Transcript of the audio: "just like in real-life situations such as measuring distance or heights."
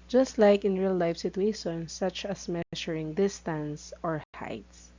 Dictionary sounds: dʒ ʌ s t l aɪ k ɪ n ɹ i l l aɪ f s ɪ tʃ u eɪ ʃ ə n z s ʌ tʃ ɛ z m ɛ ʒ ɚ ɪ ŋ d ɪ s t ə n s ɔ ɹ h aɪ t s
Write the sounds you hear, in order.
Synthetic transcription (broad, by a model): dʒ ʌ s t l aɪ k ɪ n ɹ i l l aɪ f s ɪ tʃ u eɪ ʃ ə n s ʌ tʃ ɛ s m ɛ ʃ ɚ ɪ ŋ d ɪ s t ə n s ɔ ɹ h aɪ t s